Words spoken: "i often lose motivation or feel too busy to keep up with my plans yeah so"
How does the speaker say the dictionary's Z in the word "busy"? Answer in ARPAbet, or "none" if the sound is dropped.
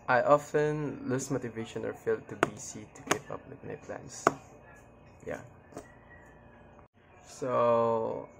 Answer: S